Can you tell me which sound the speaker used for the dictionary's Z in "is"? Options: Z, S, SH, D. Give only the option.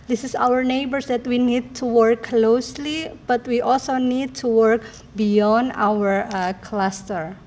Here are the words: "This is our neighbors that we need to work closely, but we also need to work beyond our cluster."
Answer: S